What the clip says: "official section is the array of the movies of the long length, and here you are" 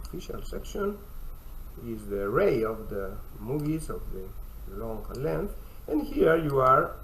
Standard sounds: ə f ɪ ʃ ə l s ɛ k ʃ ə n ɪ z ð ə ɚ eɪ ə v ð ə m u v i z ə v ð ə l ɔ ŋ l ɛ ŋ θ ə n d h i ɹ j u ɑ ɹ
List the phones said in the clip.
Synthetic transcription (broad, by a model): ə f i ʃ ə l s ɛ k ʃ ə n ɪ z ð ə ɚ eɪ ə v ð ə m u v i z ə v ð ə l ɔ ŋ l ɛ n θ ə n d h i ɹ j u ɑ ɹ